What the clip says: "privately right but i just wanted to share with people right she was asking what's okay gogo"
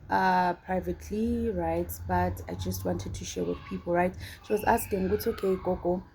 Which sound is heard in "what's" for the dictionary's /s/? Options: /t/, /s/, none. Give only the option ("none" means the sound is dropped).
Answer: none